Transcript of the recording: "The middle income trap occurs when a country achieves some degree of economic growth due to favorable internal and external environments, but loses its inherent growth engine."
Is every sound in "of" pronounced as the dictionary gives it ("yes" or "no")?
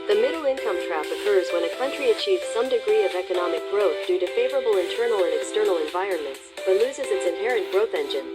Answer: yes